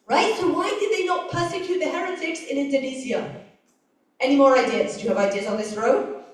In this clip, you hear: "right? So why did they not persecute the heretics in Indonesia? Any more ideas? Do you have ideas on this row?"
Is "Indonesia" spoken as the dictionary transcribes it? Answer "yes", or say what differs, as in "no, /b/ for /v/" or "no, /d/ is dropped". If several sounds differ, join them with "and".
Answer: no, /z/ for /ʒ/